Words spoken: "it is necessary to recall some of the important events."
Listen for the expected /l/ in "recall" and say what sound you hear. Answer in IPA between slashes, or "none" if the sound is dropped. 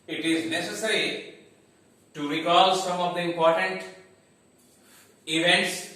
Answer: /l/